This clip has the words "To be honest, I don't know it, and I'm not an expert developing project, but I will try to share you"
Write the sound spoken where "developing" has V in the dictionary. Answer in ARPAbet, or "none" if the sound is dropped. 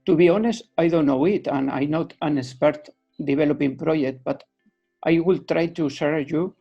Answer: B